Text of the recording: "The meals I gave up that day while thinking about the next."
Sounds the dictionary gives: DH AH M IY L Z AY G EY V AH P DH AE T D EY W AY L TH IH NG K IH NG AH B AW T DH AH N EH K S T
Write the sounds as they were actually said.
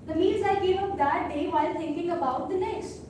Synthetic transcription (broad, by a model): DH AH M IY Z AY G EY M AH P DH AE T D EY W AY L T IH NG K IH NG AH B AW T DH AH N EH K S T